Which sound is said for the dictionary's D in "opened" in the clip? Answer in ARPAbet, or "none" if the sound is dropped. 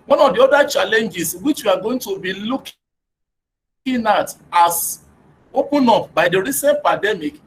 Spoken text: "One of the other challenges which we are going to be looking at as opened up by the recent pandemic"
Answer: none